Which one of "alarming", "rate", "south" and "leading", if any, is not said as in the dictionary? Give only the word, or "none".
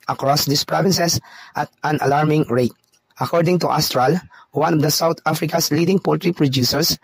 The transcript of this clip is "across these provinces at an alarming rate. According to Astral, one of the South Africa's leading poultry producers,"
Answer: south